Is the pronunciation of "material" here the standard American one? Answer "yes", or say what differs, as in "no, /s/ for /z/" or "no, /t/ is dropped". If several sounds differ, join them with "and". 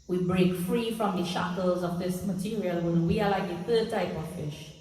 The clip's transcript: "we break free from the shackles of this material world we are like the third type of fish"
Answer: yes